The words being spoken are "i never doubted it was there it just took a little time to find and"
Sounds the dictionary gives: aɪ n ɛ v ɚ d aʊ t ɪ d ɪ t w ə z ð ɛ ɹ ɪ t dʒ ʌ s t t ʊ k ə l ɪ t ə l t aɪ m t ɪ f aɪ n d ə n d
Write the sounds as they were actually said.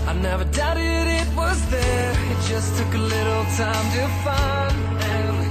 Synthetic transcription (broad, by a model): aɪ n ɛ v ɚ d aʊ t ɪ d ɪ t w ə z ð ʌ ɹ ɪ t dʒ ʌ s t t ʊ k ə l ɪ t l t aɪ m t ɪ f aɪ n ə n